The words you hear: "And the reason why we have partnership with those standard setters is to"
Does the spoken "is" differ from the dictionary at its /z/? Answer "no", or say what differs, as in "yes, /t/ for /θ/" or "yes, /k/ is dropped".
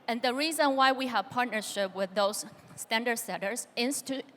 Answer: yes, /s/ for /z/